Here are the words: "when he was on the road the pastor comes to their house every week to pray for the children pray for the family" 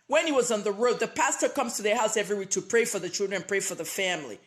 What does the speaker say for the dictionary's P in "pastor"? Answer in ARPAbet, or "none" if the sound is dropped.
P